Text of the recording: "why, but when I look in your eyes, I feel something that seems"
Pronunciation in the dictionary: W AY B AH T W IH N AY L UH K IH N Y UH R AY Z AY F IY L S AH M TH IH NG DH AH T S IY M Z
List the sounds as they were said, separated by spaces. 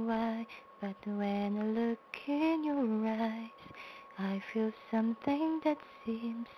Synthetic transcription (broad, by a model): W AY B AH T W IH N L UH K IH N Y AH R AY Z AY F IY L S AH M TH IH NG DH AH T S IY M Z